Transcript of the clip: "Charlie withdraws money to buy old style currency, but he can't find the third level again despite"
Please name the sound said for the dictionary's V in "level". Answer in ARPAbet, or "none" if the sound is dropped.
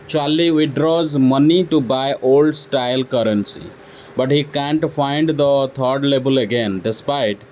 B